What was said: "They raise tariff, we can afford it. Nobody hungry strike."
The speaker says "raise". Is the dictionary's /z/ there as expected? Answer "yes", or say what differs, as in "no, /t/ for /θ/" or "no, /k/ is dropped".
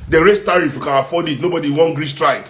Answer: no, /s/ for /z/